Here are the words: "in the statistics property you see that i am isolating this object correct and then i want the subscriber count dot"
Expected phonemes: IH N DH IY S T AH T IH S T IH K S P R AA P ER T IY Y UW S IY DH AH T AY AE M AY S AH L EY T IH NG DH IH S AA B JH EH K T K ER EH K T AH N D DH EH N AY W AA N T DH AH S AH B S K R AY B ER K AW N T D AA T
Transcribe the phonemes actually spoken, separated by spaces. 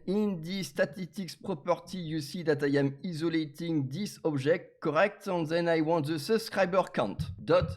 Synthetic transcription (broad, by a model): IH N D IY S T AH T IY S T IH K S P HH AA P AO T IY Y UW S IY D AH T AY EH M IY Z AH L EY T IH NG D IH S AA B ZH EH K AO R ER EH K T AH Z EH N AY W AA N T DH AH S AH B S K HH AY B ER K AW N T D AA T